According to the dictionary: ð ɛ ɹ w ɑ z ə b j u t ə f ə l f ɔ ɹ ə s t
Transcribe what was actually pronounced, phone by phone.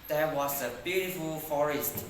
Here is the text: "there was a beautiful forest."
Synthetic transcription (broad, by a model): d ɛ w ɑ s ə b j u t ə f ə l f ɔ ɹ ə s t